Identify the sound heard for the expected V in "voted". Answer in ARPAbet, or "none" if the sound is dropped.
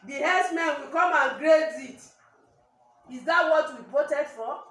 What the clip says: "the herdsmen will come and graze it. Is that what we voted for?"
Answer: P